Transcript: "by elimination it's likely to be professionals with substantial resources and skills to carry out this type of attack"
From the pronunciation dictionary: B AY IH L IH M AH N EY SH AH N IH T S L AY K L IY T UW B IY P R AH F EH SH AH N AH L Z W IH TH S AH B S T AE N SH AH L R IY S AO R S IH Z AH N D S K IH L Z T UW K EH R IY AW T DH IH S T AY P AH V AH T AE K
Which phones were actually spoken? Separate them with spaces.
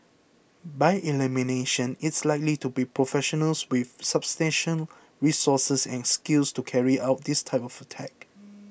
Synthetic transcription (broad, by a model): B AY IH L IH M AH N EY SH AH N IH T S L AY K L IY T UW B IY P R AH F EH SH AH N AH L S W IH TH S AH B S T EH N SH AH N R IY S AO S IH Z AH N S K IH L S T UW K EH R IY AW T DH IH S T AY P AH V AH T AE K